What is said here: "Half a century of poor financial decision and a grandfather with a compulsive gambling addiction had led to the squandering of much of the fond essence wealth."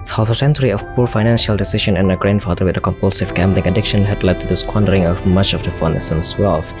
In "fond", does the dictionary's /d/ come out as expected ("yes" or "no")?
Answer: no